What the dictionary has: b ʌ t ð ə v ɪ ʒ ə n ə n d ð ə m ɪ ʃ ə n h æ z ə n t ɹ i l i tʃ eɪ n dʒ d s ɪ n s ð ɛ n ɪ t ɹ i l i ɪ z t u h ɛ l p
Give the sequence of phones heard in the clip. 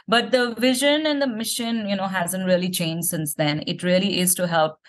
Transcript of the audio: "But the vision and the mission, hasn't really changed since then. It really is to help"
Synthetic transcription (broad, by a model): b ʌ t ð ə v ɪ ʒ ə n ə n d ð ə m ɪ ʃ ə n h æ z ə n t ɹ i l i tʃ eɪ n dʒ s ɪ n s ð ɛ n ɪ t ɹ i l i ɪ z t u h ɛ l p